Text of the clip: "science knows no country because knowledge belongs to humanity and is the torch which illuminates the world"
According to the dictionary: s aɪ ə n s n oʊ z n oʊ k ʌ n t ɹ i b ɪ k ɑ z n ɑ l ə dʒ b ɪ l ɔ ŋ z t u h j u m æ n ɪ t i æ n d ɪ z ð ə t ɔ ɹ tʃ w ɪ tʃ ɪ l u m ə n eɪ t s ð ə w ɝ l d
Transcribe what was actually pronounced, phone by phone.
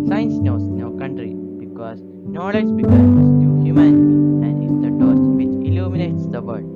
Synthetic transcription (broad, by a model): s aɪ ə n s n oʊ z n oʊ k ʌ n t ɹ i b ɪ k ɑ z n ɑ l ə dʒ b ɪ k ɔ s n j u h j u m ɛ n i æ n d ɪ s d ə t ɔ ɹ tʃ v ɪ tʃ ɪ l u m ə n eɪ t s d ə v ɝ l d